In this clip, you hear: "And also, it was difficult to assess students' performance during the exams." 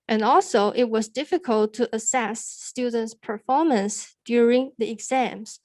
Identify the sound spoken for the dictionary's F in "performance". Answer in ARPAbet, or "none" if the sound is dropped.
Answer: F